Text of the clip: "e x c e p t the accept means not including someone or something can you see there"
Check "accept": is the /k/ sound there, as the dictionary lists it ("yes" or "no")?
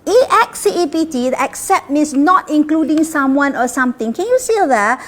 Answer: yes